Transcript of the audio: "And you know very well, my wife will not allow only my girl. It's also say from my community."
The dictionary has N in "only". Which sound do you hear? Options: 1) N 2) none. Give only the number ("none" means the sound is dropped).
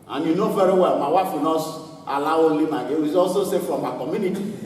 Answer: 2